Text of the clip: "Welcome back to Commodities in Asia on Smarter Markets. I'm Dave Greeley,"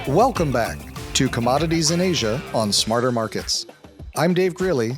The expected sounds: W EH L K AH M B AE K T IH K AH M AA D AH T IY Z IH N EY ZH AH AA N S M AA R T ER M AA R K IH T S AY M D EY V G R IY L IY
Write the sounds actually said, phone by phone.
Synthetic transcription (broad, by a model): W EH L K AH M B AE K T IH K AH M AA D AH T IY Z IH N EY ZH AH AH N S M AA R T ER M AA R K IH T S AY M D EY V G R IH L IY